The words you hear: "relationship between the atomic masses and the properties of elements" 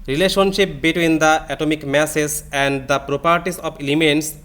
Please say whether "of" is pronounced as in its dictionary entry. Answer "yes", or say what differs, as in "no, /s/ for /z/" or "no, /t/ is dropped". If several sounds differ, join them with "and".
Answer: no, /p/ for /v/